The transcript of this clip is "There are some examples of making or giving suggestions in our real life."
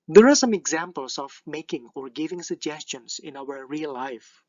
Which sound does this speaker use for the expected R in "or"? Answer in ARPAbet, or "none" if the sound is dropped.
R